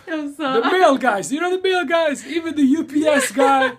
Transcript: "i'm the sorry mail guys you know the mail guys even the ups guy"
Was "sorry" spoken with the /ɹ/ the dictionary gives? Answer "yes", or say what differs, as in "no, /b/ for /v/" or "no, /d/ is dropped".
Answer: no, /ɹ/ is dropped